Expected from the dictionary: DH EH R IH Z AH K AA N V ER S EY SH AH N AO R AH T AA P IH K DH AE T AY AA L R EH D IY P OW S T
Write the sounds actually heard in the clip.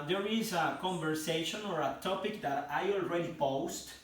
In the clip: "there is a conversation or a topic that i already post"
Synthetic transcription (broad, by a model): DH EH R IH Z AH K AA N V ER S EY SH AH N AO R AH T AA P IH K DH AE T AY AA L R EH D IY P OW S T